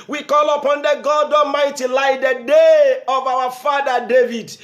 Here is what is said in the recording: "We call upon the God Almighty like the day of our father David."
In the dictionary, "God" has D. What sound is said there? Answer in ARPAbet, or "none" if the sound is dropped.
D